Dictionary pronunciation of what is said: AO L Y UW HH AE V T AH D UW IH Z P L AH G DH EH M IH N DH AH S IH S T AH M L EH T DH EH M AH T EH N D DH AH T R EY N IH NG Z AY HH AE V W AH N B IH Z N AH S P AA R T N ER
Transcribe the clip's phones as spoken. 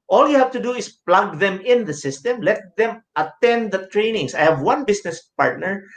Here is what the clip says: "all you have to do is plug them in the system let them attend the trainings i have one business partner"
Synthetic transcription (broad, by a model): AO L Y UW HH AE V T AH D UW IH S P L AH G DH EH M IH N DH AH S IH S T AH M L EH T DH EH M AH T EH N D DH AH T R EY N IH NG S AY HH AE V W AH N B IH S N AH S P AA R T N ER